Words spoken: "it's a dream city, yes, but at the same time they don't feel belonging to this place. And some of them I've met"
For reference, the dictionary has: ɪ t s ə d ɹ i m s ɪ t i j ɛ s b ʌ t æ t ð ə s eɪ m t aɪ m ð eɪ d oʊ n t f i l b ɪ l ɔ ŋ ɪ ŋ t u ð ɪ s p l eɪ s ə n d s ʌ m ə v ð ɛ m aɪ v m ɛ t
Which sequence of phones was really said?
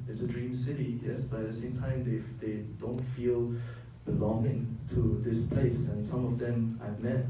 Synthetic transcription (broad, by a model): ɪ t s ə d ɹ i m s ɪ t i j ɛ s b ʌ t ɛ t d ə s eɪ m t aɪ m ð eɪ d oʊ n t f i l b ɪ l ɔ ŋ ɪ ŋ t u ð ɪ s p l eɪ s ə n s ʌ m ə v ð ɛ m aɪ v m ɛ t